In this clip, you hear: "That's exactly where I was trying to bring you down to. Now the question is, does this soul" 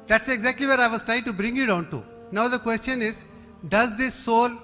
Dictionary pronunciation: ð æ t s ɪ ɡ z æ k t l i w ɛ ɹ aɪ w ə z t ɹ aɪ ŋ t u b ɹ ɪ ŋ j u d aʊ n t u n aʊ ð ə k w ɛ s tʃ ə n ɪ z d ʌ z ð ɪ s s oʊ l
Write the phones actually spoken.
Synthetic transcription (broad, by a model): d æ t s ɪ ɡ z æ k t l i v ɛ ɹ aɪ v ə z t ɹ aɪ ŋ t u b ɹ ɪ ŋ j u d aʊ n t u n aʊ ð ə k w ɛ s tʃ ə n ɪ z d ʌ z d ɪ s s oʊ l